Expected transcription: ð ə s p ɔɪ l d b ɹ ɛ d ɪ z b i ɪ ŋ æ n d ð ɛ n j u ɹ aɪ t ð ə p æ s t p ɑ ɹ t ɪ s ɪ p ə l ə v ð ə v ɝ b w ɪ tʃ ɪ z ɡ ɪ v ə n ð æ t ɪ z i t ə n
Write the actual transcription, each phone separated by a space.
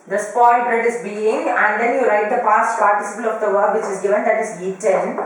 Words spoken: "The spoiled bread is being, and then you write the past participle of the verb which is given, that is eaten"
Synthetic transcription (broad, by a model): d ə s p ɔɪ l b ɹ ɛ d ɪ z b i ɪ ŋ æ n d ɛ n j u ɹ aɪ t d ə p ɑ s t p ɑ ɹ t ɪ s ɪ p ə l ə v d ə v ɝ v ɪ tʃ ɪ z ɡ ɪ v ə n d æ t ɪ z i t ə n